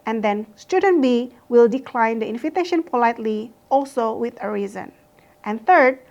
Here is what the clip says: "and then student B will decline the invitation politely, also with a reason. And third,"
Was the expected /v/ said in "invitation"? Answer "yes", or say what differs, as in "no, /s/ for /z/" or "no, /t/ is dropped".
no, /f/ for /v/